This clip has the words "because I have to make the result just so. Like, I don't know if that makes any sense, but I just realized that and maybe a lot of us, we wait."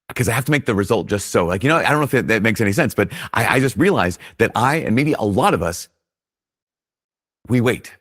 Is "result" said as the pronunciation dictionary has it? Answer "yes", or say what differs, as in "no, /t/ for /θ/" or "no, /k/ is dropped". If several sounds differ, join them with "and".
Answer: yes